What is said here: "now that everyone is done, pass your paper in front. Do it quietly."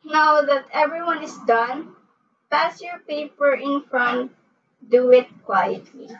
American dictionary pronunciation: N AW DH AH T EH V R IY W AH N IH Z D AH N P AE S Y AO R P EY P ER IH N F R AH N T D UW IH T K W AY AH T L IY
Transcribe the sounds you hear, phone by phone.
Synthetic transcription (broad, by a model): N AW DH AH T EH V R IY W AH N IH S D AH N P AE S Y AO R P EY P ER IH N F R AH N T D UW IH T K W AY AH T L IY